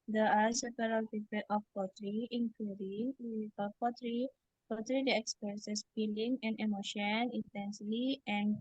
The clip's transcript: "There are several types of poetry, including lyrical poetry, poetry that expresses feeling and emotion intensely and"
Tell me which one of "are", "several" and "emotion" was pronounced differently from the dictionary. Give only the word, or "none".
several